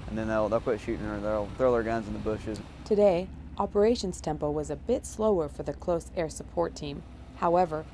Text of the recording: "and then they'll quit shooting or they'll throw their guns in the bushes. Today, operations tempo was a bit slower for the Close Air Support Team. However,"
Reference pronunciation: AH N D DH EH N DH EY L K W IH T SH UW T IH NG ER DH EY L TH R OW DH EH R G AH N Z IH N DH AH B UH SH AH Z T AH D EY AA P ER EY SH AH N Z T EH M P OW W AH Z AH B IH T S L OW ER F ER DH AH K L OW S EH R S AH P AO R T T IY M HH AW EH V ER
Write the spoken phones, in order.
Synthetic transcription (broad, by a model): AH N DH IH N DH EY L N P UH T SH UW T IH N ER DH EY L TH R OW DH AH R G AH N Z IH N DH AH B UH SH AH Z T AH D EY AA P ER EY SH AH N Z T EH M P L W AH Z AH B IH T S L OW ER F ER DH AH K L OW S EH R S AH P AO R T T IY M HH AW EH V ER